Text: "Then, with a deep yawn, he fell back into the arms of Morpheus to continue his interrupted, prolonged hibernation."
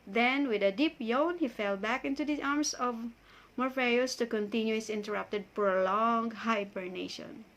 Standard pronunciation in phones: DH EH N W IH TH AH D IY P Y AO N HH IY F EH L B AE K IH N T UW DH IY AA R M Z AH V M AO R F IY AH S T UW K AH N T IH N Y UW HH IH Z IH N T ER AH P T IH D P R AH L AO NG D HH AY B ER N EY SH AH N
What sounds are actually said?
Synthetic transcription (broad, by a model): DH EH N W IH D AH D IY P Y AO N HH IY F EH L B AE K IH N T UW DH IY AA R M S AH V M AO R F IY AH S T UW K AH N T IH N Y UW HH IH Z IH N T ER AH P T IH D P R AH L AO NG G HH AY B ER N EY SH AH N